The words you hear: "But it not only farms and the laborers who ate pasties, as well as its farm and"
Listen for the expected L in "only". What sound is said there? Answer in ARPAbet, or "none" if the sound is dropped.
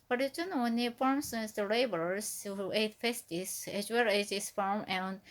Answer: none